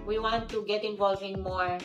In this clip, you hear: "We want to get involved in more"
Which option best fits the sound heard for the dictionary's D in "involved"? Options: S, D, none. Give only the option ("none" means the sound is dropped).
none